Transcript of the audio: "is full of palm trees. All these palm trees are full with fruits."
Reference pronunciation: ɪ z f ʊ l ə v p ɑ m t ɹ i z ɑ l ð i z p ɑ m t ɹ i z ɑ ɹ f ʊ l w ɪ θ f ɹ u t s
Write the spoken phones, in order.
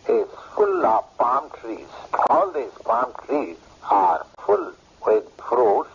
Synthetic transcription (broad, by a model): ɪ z f ʊ l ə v p ɑ m t ɹ i z ɑ l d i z p ɑ m t ɹ i z ɑ ɹ f ʊ l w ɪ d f ɹ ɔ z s